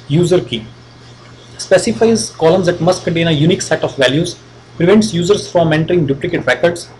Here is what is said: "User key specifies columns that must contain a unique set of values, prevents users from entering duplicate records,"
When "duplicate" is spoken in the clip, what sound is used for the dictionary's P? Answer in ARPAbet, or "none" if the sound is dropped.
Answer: P